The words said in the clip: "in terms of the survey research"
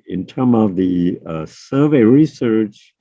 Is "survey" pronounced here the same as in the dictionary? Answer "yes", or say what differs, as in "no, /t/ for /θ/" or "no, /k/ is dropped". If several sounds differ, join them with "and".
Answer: yes